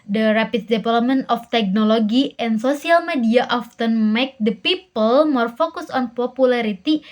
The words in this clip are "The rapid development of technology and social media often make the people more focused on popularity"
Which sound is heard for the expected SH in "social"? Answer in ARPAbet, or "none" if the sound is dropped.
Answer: S